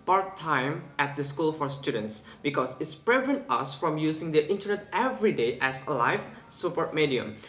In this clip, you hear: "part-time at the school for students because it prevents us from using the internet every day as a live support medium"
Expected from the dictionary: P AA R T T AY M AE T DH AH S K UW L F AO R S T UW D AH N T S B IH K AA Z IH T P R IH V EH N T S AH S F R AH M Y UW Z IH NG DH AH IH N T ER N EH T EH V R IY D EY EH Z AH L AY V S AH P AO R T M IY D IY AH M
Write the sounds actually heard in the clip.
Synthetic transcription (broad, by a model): P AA R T T AY M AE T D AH S K UW L F AO R S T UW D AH N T S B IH K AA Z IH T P R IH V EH N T AH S F R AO M Y UW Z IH NG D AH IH N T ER N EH T EH V R IY D EY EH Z L AY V S AH P AO R T M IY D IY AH M